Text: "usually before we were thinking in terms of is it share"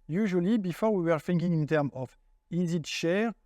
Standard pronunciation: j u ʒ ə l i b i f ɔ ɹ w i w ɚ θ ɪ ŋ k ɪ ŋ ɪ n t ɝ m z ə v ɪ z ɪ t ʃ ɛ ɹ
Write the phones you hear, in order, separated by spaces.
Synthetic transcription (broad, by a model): j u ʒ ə l i b i f ɔ ɹ w i w ɚ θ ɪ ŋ k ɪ ŋ ɪ n t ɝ m ə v ɪ z ɪ t ʃ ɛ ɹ